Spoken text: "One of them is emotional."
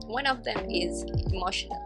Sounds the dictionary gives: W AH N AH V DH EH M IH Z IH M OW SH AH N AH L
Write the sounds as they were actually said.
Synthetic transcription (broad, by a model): W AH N AH V DH EH M IH Z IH M OW SH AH N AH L